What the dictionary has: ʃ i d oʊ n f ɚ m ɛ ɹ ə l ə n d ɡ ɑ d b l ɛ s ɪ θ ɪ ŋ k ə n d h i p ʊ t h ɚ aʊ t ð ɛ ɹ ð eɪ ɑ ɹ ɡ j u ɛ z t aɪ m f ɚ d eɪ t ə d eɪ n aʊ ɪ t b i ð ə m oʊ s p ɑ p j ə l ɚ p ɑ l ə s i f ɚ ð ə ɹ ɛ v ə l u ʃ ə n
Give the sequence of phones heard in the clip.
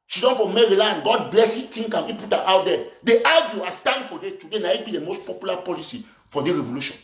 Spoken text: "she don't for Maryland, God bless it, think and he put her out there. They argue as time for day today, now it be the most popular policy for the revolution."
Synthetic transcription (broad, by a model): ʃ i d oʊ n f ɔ m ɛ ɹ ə l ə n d ɡ ɑ d b l ɛ s ɪ t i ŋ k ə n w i p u t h aʊ t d ɛ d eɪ ɑ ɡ j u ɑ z t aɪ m f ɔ d eɪ t ə d eɪ n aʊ ɪ t b i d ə m oʊ s p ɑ p j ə l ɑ p ɑ l ə s i f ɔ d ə ɹ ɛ v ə l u ʃ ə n